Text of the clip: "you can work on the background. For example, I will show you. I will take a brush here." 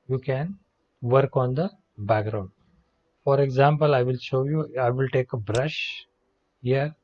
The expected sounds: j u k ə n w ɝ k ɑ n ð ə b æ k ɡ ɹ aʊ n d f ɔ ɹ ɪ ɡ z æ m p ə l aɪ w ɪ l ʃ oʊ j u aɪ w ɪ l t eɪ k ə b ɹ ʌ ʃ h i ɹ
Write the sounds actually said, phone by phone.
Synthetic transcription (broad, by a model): j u k ə n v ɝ k ɑ n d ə b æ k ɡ ɹ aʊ n d f ɔ ɹ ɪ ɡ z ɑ m p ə l aɪ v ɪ l ʃ oʊ j u aɪ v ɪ l t eɪ k ə b ɹ ʌ ʃ h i ɹ